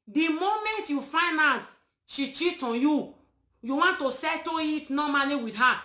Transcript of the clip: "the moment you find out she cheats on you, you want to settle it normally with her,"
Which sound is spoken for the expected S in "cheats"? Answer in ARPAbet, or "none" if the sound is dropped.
none